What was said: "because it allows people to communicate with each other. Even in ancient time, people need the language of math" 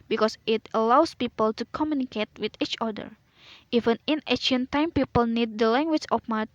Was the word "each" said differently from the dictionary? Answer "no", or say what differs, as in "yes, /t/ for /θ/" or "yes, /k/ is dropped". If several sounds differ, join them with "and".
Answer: no